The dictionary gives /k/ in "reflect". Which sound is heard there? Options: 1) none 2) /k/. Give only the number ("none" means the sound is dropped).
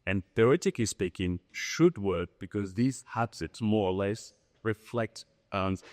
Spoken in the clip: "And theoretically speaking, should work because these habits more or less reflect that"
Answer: 2